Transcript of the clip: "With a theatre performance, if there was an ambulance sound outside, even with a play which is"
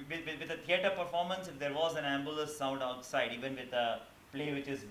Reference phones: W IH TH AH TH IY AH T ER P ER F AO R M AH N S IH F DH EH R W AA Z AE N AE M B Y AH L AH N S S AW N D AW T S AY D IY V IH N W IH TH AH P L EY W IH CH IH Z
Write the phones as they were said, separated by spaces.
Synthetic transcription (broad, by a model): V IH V AH T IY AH T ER P ER F AO R M AH N S IH F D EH R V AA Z AE N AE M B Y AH L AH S S AW N D AW T S AY D IY V IH N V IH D AH P L EY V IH CH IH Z